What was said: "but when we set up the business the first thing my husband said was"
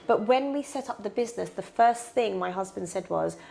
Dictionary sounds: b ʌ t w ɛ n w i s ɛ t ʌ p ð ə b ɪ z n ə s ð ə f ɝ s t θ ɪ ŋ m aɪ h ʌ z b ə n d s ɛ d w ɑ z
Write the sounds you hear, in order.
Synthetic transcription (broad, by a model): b ʌ t w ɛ n w i s ɛ t ʌ p ð ə b ɪ z n ə s ð ə f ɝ s θ ɪ ŋ m aɪ h ʌ z b ə n d s ɛ d w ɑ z